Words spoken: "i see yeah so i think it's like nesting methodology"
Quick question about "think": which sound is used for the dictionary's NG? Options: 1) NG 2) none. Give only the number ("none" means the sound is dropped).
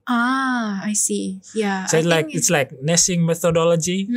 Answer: 2